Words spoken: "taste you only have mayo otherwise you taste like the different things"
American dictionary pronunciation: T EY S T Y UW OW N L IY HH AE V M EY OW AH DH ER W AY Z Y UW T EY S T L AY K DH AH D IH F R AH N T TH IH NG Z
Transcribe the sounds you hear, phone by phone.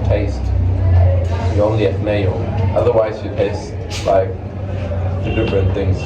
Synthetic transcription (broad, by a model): T EY S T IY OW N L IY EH F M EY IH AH DH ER W AY Z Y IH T EY S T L AY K DH AH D IH F R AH N TH IH NG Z